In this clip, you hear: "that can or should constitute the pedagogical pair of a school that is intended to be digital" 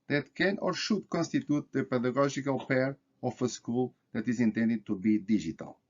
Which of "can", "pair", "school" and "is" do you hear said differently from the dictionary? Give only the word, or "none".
none